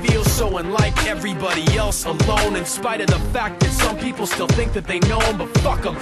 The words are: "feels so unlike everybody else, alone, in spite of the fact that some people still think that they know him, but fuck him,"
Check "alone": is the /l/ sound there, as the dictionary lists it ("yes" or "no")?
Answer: yes